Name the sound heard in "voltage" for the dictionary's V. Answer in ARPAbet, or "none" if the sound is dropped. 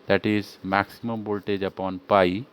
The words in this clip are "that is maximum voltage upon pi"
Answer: B